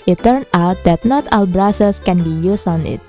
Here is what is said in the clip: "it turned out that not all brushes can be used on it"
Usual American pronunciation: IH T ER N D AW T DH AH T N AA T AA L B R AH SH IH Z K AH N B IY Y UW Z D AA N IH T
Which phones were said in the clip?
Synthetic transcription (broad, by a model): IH T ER N AW T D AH T N AA T AA L B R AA S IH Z K AH N B IY Y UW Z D AA N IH T